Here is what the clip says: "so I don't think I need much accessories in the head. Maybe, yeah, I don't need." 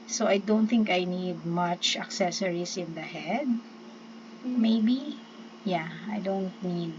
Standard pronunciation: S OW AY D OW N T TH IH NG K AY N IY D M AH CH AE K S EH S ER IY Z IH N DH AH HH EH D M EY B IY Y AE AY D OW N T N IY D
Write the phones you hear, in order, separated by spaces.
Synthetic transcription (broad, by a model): S OW AY D OW N T TH IH NG K AY N IY D M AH CH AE K S EH S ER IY S IH N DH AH HH EH D M EY B IY Y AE AY D OW N T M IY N